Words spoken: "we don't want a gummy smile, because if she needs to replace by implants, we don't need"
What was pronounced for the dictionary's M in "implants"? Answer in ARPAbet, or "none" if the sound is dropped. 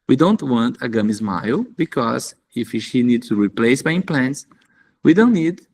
none